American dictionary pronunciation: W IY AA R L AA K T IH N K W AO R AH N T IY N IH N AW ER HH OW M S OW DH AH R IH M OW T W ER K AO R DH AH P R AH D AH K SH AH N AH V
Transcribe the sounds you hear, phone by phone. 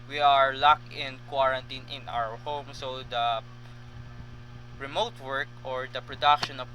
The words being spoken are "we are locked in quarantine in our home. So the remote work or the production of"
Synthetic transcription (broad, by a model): W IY AA R L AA K IH N K W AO R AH N T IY N IH N AW ER HH OW M S OW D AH R IH M OW T W ER K AO R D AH P R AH D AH K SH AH N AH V